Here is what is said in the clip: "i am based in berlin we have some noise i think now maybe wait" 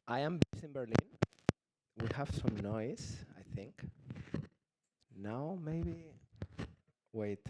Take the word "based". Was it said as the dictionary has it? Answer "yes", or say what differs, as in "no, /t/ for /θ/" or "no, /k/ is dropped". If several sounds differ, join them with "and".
no, /t/ is dropped